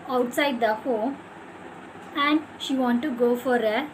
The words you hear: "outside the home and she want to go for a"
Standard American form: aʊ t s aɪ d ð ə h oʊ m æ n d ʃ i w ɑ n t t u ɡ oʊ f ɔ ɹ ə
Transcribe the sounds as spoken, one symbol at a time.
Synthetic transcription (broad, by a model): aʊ t s aɪ d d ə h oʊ æ n d ʃ i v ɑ n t t u ɡ oʊ f ɔ ɹ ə